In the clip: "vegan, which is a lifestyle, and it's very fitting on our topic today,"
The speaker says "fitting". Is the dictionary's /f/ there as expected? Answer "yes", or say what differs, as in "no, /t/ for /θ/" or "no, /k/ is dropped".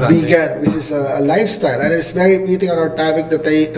no, /p/ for /f/